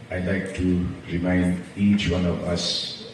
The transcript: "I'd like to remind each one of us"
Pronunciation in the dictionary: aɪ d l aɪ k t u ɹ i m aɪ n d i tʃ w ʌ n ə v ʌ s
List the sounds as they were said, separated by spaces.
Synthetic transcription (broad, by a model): aɪ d l aɪ k t u ɹ i m aɪ n d i tʃ w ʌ n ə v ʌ s